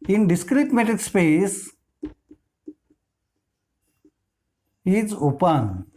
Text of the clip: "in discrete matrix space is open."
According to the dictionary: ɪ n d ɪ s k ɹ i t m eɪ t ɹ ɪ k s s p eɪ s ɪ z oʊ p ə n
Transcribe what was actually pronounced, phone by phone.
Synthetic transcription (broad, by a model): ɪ n d ɪ s k ɹ i t m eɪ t ɪ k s s p eɪ s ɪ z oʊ p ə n